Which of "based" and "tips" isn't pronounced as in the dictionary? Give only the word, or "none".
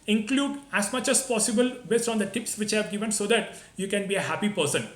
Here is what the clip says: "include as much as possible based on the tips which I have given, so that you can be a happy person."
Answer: none